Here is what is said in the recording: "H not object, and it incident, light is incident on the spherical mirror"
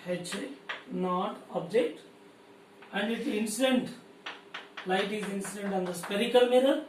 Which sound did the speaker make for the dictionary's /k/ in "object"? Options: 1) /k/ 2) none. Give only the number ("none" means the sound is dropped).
1